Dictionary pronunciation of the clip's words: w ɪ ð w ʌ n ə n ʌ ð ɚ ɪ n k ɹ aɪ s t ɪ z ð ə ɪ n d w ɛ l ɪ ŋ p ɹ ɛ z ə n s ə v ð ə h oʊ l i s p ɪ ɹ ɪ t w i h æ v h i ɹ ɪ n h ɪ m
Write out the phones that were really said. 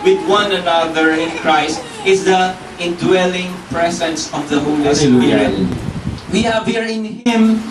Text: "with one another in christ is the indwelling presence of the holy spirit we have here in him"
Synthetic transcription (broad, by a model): w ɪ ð w ʌ n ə n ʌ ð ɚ ɪ n k ɹ aɪ s t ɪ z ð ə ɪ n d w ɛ l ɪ ŋ p ɹ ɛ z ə n s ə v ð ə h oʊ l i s ɪ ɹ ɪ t w i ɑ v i ɹ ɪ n h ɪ m